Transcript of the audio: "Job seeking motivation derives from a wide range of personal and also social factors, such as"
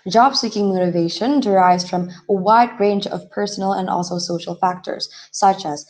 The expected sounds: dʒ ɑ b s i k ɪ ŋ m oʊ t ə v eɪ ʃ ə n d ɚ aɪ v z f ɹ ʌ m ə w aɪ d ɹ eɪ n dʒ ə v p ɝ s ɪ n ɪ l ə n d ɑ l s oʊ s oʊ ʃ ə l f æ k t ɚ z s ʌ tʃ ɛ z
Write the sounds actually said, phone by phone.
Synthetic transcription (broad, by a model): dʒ ɑ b s i k ɪ ŋ m oʊ t ə v eɪ ʃ ə n d ɚ aɪ v z f ɹ ʌ m ə w aɪ d ɹ eɪ n dʒ ə v p ɝ s n l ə n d ɑ l s oʊ s oʊ ʃ l f æ k t ɚ z s ʌ tʃ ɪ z